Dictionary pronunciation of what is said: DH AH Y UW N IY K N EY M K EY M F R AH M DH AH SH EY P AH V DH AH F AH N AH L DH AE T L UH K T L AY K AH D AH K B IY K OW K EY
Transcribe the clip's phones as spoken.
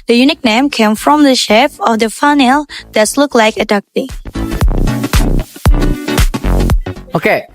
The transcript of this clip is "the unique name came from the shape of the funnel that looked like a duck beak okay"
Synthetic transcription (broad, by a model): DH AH Y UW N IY K N EY M K EY M F R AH M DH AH SH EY F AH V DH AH F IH N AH L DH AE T L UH K L AY K AH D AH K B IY OW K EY